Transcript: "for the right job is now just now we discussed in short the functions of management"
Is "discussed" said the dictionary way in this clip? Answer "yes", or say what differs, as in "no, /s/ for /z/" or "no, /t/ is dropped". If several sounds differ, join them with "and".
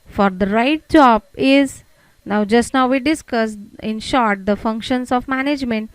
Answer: no, /t/ is dropped